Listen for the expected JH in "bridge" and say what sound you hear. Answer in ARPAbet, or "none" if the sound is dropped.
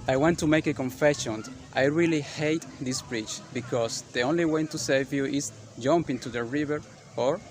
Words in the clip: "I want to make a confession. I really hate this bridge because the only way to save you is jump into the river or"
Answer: CH